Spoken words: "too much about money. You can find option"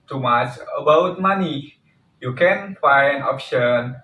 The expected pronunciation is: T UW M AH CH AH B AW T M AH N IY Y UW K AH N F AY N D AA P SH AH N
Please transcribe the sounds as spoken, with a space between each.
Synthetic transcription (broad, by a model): T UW M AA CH AH B AW T M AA N IY Y UW K AH N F AY N AA P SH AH N